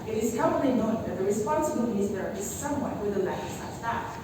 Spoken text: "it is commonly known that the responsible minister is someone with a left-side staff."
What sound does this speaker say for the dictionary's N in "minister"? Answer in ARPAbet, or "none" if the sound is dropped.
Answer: none